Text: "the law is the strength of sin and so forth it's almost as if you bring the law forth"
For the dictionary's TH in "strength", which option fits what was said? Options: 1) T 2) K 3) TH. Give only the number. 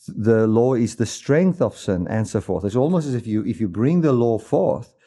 3